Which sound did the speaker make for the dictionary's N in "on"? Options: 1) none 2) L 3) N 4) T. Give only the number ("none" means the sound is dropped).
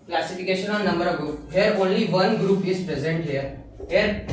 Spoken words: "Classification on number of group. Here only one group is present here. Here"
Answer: 2